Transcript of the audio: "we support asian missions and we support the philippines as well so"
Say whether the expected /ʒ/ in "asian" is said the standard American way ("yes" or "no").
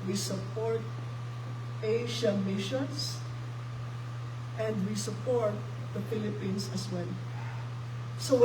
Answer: no